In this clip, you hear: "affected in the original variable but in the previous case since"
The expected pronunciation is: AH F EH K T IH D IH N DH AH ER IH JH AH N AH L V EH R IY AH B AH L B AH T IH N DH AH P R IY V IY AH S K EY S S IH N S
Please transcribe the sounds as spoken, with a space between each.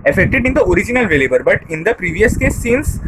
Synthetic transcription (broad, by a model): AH F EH K T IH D IH N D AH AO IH JH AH N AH L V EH L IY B AH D B AH T IH N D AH P R IY V IY AH S K EY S S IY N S